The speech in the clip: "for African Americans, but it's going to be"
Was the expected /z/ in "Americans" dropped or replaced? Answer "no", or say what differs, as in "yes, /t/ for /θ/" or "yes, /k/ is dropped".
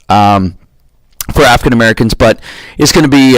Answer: no